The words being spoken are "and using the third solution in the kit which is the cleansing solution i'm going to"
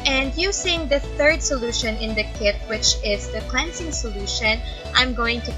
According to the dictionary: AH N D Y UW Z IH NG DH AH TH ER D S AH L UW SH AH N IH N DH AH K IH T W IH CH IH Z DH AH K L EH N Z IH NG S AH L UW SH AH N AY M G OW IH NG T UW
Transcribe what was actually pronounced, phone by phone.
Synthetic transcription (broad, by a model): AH N D Y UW S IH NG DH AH TH ER D S AH L UW SH AH N IH N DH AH K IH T W IH CH IH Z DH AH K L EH N S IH NG S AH L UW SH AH N AY M G OW IH NG T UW